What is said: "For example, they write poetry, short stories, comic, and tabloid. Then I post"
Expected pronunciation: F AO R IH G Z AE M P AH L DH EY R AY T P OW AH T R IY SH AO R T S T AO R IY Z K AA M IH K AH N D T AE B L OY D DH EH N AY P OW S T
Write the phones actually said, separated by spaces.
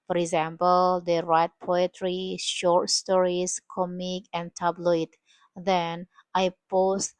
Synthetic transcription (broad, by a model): F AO R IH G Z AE M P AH L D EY R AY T P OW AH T R IY SH AO R T S T AO R IY S K AA M IH K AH N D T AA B L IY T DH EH N AY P OW S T